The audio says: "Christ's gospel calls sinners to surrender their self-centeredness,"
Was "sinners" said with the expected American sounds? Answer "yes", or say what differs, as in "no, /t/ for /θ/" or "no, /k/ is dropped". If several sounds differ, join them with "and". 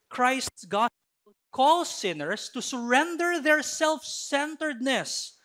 no, /s/ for /z/